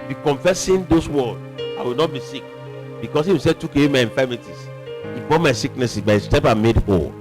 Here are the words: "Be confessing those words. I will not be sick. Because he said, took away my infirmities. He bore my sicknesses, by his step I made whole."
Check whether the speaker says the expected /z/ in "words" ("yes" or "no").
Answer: no